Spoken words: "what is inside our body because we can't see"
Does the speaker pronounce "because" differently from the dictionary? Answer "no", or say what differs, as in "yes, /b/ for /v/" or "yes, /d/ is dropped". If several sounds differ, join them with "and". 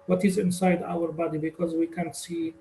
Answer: no